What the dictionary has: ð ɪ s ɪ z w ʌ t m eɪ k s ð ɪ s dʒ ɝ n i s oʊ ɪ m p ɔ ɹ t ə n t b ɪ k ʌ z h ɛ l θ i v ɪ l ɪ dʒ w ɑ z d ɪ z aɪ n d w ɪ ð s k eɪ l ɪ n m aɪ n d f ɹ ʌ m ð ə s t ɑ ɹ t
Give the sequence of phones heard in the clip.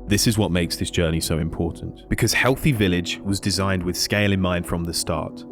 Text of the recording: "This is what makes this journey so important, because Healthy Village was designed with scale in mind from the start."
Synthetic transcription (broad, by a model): ð ɪ s ɪ z w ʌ t m eɪ k s ð ɪ s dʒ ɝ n i s oʊ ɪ m p ɔ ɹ t n t b ɪ k ʌ z h ɛ l θ i v ɪ l ɪ dʒ w ɑ z d ɪ z aɪ n d w ɪ ð s k eɪ l ɪ n m aɪ n d f ɹ ʌ m ð ə s t ɑ ɹ t